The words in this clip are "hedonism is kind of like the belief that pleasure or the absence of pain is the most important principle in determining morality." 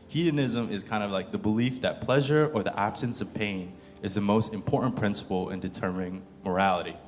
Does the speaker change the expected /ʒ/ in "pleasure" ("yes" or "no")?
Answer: no